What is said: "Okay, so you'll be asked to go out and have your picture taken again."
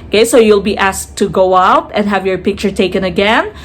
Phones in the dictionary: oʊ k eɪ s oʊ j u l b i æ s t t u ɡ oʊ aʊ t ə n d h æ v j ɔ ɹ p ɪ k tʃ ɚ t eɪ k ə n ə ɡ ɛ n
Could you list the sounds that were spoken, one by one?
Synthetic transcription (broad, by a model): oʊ k eɪ s oʊ j u l b i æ s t t u ɡ oʊ aʊ t ə n d h æ v j ɔ ɹ p ɪ k tʃ ɚ t eɪ k ə n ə ɡ ɛ n